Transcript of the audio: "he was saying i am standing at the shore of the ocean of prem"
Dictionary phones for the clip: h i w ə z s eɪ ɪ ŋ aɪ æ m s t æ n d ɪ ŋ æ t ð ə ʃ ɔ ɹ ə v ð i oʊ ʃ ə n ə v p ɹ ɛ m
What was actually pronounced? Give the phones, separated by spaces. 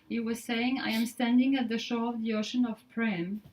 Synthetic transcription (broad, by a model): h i w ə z s eɪ ɪ ŋ aɪ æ m s t æ n d ɪ ŋ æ t ð ə ʃ ɔ ɹ ə v ð i oʊ ʃ ə n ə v p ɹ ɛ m